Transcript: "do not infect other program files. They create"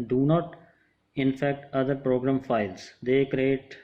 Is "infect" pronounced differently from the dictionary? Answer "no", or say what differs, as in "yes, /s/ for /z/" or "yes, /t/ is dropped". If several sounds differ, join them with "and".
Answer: no